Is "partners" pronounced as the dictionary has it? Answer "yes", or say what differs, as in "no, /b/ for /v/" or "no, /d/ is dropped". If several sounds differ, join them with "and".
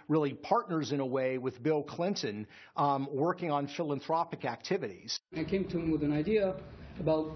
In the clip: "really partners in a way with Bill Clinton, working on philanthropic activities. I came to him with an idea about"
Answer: yes